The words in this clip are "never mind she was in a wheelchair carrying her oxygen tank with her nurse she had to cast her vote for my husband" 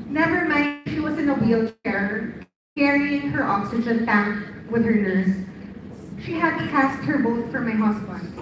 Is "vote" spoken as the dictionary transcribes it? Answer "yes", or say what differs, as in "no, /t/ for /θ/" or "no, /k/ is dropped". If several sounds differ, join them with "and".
no, /b/ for /v/